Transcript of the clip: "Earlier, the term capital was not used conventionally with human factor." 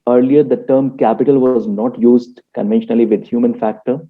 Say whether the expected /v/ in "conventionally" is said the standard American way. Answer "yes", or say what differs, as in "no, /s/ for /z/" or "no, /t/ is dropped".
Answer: yes